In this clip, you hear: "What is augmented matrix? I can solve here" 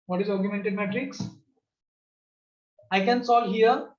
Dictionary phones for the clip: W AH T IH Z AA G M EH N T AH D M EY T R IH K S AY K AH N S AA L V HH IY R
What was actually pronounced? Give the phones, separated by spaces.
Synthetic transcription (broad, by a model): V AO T IH Z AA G M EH N T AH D M EY T R IH K S AY K AH N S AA L HH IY R